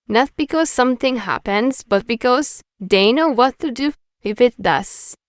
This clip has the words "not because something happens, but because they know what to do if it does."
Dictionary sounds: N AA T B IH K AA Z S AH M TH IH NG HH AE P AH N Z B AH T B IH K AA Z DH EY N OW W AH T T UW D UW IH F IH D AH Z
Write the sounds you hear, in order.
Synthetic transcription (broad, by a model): N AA T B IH K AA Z S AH M T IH NG HH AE P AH N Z B AH T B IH K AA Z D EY N OW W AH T T UW D UW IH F IH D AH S